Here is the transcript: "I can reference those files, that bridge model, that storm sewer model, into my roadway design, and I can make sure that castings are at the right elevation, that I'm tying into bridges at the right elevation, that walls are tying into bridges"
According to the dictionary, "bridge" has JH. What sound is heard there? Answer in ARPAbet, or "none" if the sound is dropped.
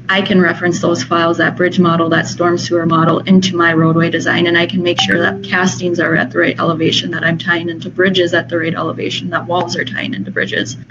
JH